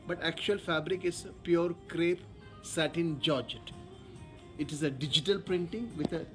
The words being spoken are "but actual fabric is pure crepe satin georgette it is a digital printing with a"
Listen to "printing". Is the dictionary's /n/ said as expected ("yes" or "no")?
yes